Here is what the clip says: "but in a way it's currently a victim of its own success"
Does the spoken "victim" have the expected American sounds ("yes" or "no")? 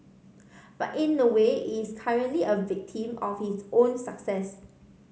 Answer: yes